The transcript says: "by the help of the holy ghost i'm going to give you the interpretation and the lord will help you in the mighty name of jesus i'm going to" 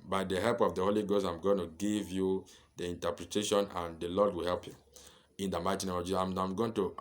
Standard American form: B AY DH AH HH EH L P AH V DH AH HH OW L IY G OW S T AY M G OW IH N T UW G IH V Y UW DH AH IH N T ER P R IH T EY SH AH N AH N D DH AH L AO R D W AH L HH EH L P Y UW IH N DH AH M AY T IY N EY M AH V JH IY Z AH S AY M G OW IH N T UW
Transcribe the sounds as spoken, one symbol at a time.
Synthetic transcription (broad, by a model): B AY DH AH HH EH L P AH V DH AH HH OW L IY G OW S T AY M G OW IH N T UW G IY V Y UW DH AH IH N T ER P R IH T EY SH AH N AH N D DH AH L AO D W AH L HH EH L P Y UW IH N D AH M AY T IY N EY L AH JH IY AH AY M G OW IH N T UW